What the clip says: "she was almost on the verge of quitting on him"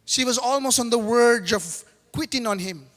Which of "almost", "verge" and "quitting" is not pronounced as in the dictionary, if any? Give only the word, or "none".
verge